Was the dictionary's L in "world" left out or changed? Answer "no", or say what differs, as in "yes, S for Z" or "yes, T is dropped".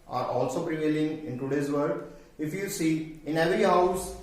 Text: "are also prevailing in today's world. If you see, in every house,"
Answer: yes, L is dropped